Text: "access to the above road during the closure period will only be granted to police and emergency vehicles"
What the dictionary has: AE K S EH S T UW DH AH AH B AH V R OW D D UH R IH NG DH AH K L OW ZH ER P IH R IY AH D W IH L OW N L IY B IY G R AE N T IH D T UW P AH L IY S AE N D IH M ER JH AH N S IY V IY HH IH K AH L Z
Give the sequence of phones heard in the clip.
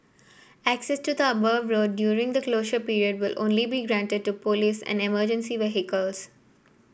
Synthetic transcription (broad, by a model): AE K S EH S T UW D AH AH B AH V R OW D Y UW R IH NG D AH K L OW SH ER P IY R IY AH D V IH L OW N L IY B IY G R AE N T IH D T UW P AH L IY S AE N D IH M ER JH AH N S IY V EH HH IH K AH L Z